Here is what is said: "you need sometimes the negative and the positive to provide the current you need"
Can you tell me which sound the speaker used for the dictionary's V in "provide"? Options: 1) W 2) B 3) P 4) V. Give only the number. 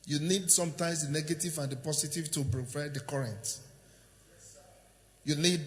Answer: 3